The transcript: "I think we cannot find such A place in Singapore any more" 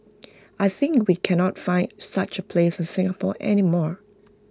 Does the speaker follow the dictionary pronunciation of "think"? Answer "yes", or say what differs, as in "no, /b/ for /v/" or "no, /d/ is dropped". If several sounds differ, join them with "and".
yes